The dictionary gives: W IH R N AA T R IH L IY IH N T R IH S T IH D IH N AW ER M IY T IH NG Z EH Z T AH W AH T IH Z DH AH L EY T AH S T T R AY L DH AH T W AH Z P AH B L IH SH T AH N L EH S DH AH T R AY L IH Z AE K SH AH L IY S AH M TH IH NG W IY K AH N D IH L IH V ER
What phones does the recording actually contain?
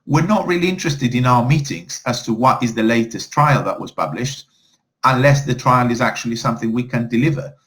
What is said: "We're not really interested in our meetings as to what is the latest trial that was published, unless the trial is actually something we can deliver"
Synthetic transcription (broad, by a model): W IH R N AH T R IH L IY IH N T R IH S T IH D IH N AW ER M IY T IH NG Z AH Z T AH W AH T IH Z DH AH L EY T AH S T T R AY L DH AH T W AH Z P AH B L IH SH T AH N L EH S DH AH T R AY L IH Z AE K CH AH L IY S AH M TH IH NG W IY K AH N D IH L IH V ER